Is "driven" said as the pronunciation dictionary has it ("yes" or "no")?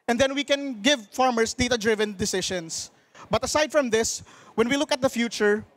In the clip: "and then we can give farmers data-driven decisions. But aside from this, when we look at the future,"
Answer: yes